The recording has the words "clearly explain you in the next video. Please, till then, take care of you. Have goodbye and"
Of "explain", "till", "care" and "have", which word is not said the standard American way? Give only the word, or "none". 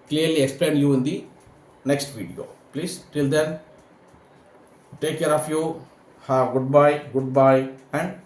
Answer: have